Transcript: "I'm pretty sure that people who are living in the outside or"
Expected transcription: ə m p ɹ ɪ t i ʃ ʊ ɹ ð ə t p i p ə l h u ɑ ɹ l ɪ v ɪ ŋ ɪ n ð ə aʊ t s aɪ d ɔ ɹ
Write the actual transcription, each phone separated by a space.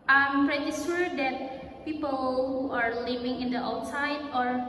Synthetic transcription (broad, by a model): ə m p ɹ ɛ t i s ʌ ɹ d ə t p i p ə l h u ɑ ɹ l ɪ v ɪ ŋ ɪ n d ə aʊ t s aɪ d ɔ ɹ